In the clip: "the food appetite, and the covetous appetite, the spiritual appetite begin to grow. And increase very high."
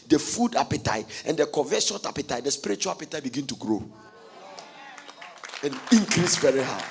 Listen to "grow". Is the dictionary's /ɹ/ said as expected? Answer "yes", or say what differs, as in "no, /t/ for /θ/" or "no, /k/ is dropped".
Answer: yes